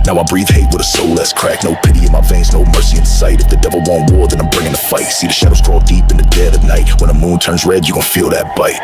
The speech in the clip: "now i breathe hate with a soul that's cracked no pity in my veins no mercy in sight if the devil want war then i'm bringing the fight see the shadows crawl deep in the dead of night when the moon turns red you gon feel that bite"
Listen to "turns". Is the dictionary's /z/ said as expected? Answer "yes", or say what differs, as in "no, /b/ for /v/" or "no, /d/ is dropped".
yes